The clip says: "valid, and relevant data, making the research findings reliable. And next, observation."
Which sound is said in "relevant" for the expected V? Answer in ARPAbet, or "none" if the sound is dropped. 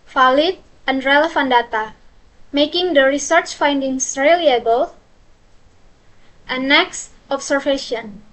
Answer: F